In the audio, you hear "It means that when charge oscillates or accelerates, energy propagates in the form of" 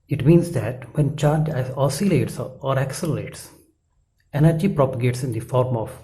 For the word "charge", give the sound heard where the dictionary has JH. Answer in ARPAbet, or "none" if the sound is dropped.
none